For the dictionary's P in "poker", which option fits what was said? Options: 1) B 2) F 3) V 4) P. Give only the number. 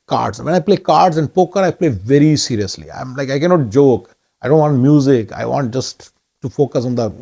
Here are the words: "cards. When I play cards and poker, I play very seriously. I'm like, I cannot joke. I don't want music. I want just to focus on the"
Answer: 4